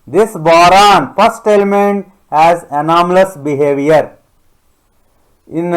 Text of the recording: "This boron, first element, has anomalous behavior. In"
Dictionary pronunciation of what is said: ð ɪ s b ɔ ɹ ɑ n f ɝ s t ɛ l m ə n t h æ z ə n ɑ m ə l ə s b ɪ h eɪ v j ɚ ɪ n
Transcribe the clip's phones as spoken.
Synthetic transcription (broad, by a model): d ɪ s b ɔ ɹ ɑ n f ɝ s t ɛ l m ə n t h æ z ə n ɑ m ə l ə s b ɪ h eɪ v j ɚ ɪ n